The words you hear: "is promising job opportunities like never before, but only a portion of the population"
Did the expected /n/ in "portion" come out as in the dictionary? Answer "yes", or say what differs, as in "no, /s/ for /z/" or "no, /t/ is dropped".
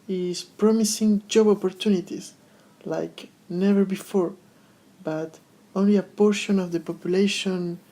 yes